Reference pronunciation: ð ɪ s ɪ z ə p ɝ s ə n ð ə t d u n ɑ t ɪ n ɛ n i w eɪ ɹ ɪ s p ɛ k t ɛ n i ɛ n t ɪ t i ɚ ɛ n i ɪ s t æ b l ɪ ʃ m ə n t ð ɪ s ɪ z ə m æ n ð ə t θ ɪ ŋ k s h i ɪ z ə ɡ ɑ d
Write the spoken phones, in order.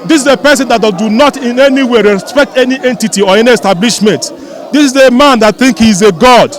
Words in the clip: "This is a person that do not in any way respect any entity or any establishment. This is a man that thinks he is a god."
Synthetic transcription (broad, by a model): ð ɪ s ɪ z ə p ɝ s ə n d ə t d u n ɑ t ɪ n ɛ n i w eɪ ɹ ɪ s p ɛ k t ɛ n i ɛ n t ɪ t i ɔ ɛ n i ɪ s t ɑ b l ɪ ʃ m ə n t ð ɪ s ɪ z ə m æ n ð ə t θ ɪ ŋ k h i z ə ɡ ɑ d